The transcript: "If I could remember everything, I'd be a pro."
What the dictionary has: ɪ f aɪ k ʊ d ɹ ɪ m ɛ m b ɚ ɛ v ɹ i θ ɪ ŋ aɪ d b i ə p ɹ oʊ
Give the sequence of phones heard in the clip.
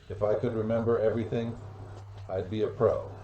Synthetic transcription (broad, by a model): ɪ f aɪ k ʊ d ɹ ɪ m ɛ m b ɚ ɛ v ɹ i θ ɪ ŋ aɪ d b i ə p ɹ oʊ